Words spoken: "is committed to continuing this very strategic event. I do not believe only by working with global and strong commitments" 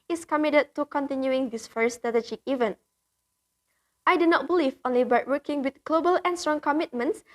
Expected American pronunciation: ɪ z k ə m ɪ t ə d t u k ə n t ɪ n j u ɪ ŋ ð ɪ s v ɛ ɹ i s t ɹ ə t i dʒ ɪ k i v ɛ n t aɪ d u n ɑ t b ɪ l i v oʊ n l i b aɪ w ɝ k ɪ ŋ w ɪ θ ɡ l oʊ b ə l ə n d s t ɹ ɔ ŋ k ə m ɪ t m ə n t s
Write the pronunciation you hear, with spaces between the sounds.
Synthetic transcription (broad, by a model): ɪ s k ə m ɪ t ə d t u k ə n t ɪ n j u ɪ ŋ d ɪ s f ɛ ɹ s t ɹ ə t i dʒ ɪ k i v ɛ n t aɪ d u n ɑ t b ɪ l i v oʊ n l i b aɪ w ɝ k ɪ ŋ w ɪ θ ɡ l oʊ b ə l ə n s t ɹ ɔ ŋ k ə m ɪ t m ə n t s